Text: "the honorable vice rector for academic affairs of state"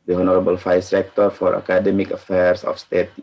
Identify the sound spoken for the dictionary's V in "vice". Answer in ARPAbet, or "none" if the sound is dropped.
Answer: F